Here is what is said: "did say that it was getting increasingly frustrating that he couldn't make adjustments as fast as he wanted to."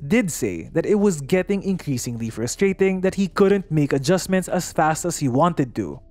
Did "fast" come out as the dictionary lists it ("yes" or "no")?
yes